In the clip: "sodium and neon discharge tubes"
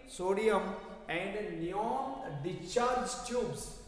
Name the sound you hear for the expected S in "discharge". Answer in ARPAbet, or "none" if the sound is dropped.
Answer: none